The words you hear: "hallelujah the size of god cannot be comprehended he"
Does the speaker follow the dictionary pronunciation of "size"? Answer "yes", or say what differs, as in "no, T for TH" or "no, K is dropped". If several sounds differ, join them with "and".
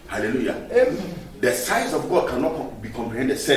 no, S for Z